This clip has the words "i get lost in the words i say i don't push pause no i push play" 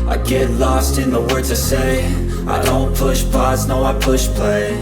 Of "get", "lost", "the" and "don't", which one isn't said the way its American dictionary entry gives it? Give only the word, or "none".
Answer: none